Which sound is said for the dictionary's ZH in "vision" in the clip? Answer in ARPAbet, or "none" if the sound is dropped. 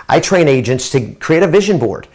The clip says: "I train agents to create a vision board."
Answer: ZH